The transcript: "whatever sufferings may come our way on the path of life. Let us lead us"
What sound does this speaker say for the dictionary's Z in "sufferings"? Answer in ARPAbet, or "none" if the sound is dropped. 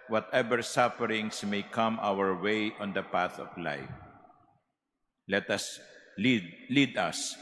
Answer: S